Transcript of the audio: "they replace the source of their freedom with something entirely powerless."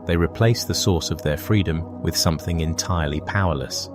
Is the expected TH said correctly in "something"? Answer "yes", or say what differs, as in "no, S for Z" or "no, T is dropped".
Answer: yes